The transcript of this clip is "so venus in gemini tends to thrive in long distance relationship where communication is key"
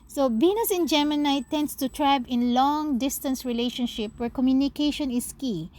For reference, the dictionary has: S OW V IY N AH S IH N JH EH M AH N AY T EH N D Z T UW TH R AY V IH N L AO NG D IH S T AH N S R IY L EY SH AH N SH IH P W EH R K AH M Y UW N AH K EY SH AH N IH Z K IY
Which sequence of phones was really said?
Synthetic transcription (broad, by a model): S OW B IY N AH S IH N JH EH M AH N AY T EH N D S T UW T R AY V IH N L AO NG D IH S T AH N S R IY L EY SH AH N SH IH P W EH R K AH M Y UW N AH K EY SH AH N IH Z K IY